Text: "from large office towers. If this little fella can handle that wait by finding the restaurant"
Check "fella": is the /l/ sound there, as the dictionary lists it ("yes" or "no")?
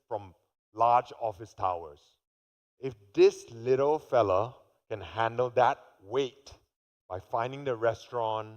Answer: yes